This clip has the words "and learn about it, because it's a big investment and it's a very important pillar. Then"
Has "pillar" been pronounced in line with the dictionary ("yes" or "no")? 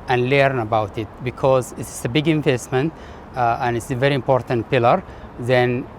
yes